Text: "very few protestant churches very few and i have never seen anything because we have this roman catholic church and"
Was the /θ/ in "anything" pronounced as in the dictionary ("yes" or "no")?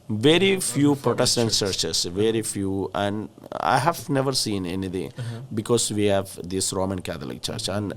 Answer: no